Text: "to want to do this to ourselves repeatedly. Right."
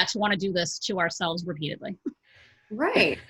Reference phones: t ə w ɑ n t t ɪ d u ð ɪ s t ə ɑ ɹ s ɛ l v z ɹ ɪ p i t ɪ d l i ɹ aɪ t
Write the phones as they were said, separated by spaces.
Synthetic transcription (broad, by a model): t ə w ɑ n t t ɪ d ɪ ð ɪ s t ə ɑ ɹ s ɛ l v z ɹ ɪ p i t ɪ d l i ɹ aɪ t